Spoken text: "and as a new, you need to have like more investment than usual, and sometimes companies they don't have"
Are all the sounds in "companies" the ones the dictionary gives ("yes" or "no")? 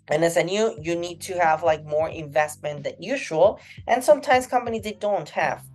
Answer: yes